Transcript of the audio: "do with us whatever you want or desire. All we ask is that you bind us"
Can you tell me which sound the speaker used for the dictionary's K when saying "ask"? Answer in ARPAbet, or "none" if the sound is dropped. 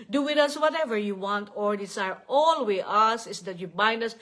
none